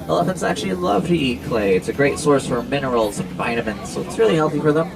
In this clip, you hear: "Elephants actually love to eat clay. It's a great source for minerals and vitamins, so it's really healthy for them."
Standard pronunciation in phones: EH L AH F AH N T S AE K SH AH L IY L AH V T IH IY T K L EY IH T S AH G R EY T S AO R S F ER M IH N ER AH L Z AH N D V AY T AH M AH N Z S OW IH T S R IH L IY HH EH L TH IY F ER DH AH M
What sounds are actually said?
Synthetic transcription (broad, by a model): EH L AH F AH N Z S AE K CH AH L IY L AH V T IH IY T K L EY IH T S AH G R EY T S AO R S F ER M IH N ER L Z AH N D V AY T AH M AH N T S OW IH T S R IH L IY HH EH L TH IY F ER DH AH M